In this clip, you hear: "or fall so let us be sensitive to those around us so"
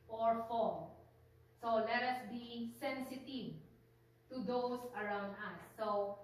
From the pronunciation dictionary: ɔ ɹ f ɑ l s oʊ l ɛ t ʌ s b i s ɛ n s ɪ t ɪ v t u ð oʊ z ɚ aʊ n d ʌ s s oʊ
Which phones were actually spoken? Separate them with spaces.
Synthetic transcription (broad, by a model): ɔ ɹ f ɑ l s oʊ l ɛ t ʌ s b i s ɛ n s ɪ t ɪ v t u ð oʊ s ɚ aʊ n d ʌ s s oʊ